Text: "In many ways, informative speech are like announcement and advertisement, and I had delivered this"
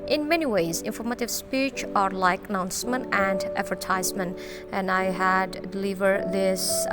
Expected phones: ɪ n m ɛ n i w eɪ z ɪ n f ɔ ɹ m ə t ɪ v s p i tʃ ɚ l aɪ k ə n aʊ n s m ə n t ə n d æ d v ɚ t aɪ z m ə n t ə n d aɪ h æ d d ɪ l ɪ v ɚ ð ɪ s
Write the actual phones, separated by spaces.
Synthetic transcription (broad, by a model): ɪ n m ɛ n i w eɪ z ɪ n f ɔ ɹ m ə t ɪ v s p i tʃ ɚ l aɪ k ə n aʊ n s m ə n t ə n d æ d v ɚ t aɪ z m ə n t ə n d aɪ h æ d d ɪ l ɪ v ɚ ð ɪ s